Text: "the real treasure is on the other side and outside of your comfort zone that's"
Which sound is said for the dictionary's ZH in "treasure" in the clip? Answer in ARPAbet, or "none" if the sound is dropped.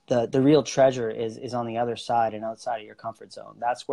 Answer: ZH